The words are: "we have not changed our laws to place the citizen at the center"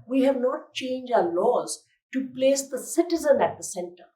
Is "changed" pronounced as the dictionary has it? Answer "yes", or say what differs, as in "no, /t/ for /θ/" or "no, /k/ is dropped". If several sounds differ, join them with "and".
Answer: no, /d/ is dropped